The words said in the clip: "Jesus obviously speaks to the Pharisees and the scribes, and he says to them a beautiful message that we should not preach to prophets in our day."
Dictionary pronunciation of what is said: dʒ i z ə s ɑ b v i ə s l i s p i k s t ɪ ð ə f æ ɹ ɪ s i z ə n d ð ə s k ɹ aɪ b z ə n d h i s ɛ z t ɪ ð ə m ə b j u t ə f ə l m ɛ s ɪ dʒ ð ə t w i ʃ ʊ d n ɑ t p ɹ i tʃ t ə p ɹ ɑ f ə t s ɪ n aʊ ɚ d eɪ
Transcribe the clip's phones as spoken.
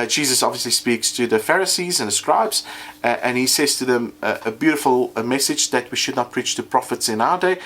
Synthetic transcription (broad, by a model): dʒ i z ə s ɑ b v i ə s l i s p i k s t ɪ ð ə f æ ɹ ɪ s i z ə n ð ə s k ɹ aɪ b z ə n i s ɛ z t ɪ ð ə m ə b j u t ə f ə l m ɛ s ɪ dʒ ð ə t w i ʃ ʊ d n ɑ t p ɹ i tʃ t ə p ɹ ɑ f ə t s ɪ n aʊ ɚ d eɪ